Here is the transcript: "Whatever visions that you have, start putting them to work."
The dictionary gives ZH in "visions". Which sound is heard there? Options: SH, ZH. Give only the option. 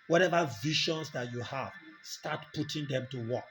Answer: SH